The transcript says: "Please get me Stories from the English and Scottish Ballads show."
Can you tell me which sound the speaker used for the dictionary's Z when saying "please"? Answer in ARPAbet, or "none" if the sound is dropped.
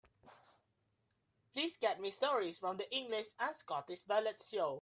S